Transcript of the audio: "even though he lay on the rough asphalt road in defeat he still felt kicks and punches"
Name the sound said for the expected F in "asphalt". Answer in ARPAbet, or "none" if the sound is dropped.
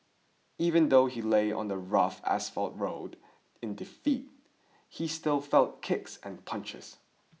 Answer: F